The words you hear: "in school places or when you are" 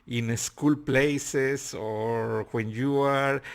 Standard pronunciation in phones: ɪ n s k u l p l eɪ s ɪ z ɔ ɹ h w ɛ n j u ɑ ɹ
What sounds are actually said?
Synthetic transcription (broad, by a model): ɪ n s k u l p l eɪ s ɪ s ɔ ɹ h w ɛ n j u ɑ ɹ